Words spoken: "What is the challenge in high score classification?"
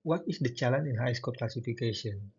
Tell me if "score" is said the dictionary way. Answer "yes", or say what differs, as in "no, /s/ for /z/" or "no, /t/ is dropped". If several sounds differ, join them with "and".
no, /l/ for /ɹ/